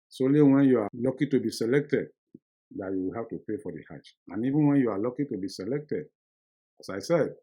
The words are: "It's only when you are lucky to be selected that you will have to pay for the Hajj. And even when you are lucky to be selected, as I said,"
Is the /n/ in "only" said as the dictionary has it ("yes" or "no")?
no